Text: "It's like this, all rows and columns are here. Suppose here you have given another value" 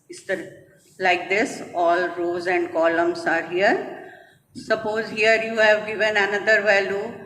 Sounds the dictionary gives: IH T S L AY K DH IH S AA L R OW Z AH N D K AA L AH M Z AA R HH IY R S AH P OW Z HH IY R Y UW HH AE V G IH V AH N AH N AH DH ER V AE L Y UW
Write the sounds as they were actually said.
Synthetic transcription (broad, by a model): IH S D L AY K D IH S AA L R OW Z AH N D K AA L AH M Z AA R HH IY R S AH P OW Z HH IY R Y UW HH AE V G IH V AH N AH N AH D ER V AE L Y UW